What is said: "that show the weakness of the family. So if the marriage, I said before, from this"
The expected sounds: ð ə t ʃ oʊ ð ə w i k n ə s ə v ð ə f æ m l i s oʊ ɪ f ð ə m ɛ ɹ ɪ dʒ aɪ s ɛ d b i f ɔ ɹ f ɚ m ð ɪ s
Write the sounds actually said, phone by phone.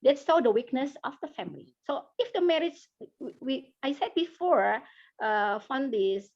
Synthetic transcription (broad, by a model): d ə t s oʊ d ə w i k n ə s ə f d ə f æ m l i s oʊ ɪ f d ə m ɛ ɹ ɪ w aɪ s ɛ d b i f ɔ ɹ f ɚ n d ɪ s